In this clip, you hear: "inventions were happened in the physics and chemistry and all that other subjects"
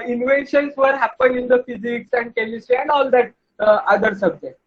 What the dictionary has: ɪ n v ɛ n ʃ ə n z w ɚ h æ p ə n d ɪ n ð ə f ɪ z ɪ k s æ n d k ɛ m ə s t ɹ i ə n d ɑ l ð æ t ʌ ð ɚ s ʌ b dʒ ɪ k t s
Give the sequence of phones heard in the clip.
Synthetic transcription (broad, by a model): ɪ n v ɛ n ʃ ə n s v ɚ h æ p ə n ɪ n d ə f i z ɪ k s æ n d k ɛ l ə s t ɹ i ə n d ɑ l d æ t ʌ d ɚ s ʌ b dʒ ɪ k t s